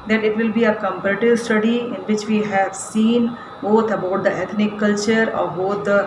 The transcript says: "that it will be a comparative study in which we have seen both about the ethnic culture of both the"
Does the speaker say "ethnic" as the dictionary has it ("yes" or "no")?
no